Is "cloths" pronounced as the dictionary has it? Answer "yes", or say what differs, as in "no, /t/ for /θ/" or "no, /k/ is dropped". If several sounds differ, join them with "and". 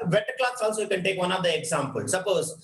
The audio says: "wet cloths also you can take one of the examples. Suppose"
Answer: no, /t/ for /θ/